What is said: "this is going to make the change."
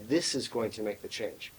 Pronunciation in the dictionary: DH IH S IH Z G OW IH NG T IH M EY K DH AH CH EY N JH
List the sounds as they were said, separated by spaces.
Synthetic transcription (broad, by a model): DH IH S IH Z G OW IH NG T IH M EY K DH AH CH EY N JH